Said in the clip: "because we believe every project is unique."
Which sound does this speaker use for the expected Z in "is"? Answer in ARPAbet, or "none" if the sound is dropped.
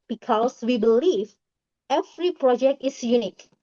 S